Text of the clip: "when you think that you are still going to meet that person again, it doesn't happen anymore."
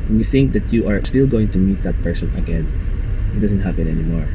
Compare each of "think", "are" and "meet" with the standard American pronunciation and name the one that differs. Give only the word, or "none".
none